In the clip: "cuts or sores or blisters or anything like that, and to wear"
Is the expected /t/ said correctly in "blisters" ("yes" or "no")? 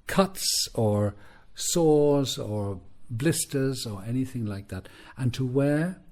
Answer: yes